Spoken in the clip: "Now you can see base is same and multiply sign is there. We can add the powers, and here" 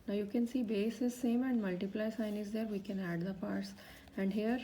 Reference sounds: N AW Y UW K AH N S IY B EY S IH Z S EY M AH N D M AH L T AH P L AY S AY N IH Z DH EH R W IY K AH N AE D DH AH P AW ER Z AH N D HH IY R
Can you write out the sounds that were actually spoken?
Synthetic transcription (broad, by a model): N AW Y UW K AH N S IY B EY S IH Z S EY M AH N D M AH L T AH P L AY S AY N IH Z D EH R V IY K AH N AE D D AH P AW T S AH N D HH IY R